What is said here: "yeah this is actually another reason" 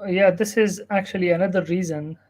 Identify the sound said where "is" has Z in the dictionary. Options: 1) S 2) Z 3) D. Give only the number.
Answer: 2